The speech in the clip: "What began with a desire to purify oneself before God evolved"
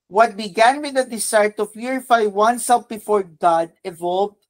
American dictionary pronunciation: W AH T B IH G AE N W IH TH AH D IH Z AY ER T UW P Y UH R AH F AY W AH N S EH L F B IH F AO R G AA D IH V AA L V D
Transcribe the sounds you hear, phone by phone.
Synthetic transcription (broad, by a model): W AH T B IH G AE N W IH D AH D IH S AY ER T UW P Y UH R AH F AY W AH N S EH L F B IH F AO R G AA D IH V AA L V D